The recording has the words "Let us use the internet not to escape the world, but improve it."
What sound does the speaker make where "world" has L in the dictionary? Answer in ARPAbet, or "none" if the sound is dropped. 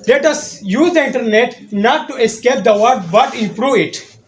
none